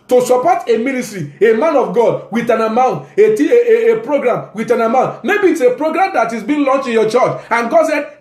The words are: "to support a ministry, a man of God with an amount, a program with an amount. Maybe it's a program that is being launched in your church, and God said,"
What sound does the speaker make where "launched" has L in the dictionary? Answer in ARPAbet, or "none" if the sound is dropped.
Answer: L